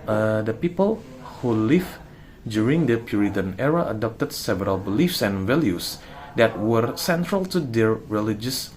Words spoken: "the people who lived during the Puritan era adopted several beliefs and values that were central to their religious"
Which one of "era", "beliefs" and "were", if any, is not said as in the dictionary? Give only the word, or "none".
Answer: none